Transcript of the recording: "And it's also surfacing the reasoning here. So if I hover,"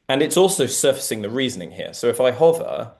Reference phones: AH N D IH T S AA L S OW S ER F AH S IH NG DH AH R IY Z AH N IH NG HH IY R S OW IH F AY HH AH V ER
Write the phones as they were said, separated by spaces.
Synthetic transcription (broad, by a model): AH N IH T S AA L S OW S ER F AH S IH NG DH AH R IY Z AH N IH NG HH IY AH S OW IH F AY HH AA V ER